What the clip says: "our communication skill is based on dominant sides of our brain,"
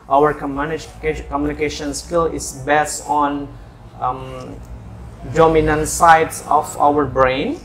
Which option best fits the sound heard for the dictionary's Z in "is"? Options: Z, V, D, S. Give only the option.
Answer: S